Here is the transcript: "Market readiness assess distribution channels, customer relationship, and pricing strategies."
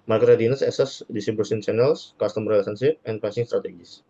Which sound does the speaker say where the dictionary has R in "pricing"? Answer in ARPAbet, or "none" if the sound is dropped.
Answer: none